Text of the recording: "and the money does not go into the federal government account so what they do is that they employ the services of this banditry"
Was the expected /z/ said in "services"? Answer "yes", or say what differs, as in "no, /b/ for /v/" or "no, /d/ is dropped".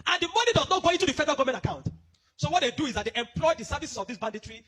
no, /s/ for /z/